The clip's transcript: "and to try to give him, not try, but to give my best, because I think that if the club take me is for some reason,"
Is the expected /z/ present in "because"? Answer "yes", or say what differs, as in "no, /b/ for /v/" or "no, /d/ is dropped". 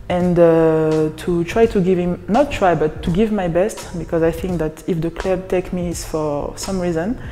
yes